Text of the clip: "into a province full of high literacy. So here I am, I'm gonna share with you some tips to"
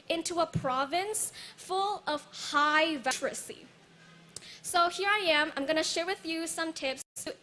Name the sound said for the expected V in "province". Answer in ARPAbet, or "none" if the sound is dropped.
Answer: V